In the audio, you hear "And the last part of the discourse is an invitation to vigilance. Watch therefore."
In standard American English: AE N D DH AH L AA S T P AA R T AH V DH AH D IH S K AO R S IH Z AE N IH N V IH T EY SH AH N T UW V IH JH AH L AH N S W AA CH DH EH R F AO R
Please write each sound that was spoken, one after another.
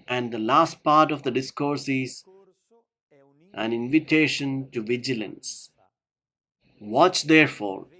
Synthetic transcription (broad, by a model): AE N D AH L AA S T P AA R T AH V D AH D IH S K AO R S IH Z AE N IH N V IH T EY SH AH N T UW V IH JH AH L AH N S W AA CH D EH R F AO R